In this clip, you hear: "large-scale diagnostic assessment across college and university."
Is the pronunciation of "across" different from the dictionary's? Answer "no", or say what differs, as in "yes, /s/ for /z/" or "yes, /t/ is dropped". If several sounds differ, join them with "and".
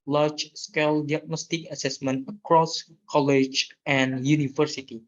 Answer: no